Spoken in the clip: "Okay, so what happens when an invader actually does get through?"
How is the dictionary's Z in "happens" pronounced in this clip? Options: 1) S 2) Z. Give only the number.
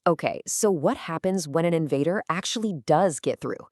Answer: 2